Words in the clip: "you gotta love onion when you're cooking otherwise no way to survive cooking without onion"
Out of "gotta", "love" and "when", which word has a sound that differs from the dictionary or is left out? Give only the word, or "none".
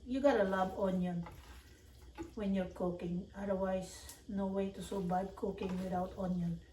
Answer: love